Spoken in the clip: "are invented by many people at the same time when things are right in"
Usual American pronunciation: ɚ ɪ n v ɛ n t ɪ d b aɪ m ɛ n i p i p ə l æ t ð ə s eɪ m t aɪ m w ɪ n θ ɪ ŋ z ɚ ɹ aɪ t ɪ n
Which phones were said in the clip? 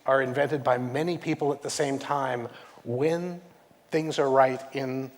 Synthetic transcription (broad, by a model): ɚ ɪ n v ɛ n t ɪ d b aɪ m ɛ n i p i p l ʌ t ð ə s eɪ m t aɪ m w ɪ n θ ɪ ŋ z ɚ ɹ aɪ t ɪ n